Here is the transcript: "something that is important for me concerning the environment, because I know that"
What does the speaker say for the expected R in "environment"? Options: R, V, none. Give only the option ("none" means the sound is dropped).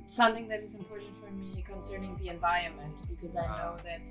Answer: none